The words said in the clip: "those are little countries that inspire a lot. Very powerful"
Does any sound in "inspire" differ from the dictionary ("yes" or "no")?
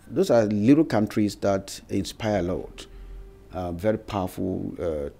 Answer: no